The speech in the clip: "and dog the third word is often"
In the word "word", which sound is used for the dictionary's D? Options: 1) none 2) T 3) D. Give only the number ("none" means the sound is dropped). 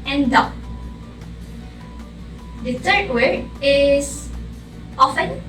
1